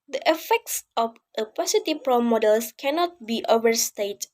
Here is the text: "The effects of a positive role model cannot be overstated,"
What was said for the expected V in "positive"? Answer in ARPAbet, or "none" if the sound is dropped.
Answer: P